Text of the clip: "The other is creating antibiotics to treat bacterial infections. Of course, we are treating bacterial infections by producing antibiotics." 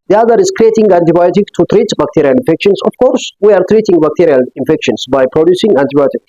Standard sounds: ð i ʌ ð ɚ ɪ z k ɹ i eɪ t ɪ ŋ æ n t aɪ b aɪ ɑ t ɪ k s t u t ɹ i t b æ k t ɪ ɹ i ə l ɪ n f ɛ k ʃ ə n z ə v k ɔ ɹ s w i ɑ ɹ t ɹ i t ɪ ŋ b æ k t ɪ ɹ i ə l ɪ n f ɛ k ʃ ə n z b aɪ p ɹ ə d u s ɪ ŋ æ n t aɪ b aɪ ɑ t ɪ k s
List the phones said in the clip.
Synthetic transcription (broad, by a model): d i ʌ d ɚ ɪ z k ɹ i eɪ t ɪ ŋ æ n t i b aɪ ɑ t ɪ k t u t ɹ i t b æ k t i ɹ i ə l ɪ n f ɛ k ʃ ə n s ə f k ɔ ɹ s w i ɑ ɹ t ɹ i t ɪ ŋ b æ k t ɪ ɹ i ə l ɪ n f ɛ k ʃ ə n s b aɪ p ɹ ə d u s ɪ ŋ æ n t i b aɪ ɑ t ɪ k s